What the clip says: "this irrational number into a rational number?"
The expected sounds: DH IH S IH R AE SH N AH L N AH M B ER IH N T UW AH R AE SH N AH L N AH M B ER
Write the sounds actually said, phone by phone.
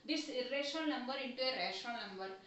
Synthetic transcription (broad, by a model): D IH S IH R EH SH AH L N AH M B ER IH N T UW AH R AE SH AH N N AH M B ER